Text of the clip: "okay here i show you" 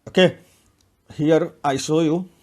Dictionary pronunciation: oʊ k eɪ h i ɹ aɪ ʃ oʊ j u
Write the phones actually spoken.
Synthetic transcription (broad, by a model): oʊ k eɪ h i ɹ aɪ s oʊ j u